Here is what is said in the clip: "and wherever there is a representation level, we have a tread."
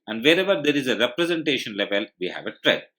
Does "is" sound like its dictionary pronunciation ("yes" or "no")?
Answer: yes